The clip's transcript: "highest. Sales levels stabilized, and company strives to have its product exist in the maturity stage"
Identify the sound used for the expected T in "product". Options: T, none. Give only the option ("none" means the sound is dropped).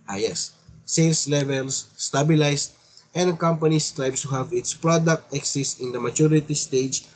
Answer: T